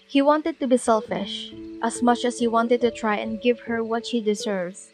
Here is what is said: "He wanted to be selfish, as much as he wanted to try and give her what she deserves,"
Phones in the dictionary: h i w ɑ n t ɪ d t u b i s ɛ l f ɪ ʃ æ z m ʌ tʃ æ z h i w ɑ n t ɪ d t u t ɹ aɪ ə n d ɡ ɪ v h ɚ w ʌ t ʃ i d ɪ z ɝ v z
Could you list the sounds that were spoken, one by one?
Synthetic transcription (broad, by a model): h i w ɑ n t ɪ d t u b i s ɛ l f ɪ ʃ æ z m ʌ tʃ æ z h i w ɑ n t ɪ d t u t ɹ aɪ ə n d ɡ ɪ v h ɚ w ʌ t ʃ i d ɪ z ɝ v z